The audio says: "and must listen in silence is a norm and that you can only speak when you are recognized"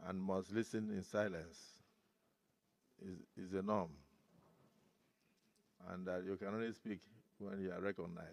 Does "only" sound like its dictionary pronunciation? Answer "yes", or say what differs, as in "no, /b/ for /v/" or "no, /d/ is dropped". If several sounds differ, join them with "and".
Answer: yes